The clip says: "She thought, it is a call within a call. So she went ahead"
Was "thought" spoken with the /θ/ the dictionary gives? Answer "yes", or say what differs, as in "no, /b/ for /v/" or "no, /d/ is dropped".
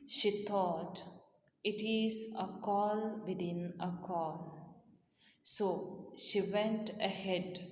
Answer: no, /t/ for /θ/